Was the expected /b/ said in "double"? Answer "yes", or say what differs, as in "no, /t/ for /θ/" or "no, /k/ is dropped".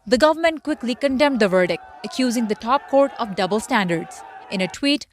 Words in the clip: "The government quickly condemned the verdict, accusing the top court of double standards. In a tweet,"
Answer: yes